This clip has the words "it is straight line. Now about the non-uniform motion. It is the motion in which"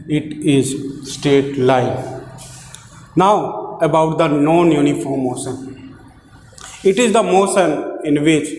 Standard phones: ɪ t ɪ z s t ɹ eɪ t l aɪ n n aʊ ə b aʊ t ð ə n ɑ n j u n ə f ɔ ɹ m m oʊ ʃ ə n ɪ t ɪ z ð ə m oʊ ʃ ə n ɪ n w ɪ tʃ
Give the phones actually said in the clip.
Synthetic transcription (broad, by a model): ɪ t ɪ z s t eɪ t l aɪ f n aʊ ə b aʊ t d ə n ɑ n j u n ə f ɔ ɹ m m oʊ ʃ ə n ɪ t ɪ z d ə m oʊ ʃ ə n ɪ n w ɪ tʃ